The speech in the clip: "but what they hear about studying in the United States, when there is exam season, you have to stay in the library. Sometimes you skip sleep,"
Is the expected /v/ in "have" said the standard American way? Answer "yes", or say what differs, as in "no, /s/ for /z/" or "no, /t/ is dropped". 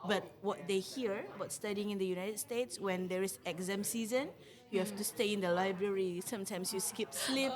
no, /f/ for /v/